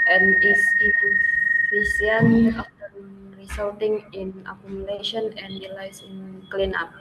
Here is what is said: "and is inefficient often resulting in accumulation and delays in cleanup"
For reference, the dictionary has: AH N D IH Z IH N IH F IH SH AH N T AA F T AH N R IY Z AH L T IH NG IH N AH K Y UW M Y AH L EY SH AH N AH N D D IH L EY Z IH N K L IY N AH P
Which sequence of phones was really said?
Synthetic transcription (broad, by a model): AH N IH S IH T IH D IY S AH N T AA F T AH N R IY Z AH L T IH NG IH N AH K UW M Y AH L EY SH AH N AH N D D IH L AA S IH N K L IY N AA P